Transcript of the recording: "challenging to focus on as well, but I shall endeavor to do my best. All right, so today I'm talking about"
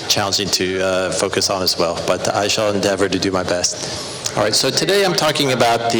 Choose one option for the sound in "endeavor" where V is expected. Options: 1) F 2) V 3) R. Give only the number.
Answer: 2